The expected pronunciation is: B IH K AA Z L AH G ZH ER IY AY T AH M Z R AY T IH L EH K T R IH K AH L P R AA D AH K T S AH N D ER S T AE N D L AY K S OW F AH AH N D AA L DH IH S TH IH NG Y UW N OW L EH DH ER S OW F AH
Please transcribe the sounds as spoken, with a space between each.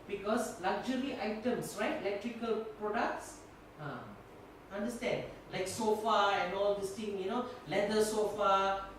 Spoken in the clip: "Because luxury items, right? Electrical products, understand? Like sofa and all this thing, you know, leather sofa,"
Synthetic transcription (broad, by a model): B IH K AA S L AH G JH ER IY AY T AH M S R AY T IH L EH K T R IH K AH L P R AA D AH K T S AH N D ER S T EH N D L AY K S OW F AH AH N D AA L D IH S T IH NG Y UW N OW L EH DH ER S OW F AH